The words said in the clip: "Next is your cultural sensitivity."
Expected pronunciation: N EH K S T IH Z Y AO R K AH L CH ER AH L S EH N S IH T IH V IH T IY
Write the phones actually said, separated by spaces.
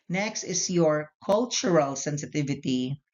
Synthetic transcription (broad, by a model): N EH K S T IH S Y AO R K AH L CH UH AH L S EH N S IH T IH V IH T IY